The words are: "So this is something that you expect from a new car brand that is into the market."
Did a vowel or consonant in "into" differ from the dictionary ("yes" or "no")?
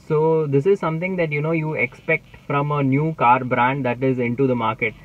no